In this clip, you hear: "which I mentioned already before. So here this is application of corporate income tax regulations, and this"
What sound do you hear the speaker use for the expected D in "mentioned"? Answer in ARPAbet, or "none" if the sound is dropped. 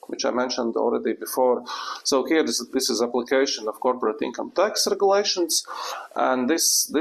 D